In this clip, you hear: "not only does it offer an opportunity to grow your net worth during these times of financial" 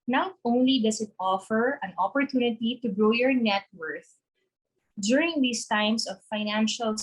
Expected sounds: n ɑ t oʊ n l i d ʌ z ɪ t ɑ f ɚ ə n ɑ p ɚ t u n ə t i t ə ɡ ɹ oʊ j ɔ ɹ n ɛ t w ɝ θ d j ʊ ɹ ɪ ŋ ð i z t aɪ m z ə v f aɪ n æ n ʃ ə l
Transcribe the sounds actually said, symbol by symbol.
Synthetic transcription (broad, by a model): n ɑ t oʊ n l i d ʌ s ɪ t ɑ f ɚ ə n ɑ p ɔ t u n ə t i t ə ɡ ɹ oʊ j ɔ ɹ n ɛ t w ɝ θ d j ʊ ɹ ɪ ŋ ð i s t aɪ m s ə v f aɪ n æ n ʃ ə l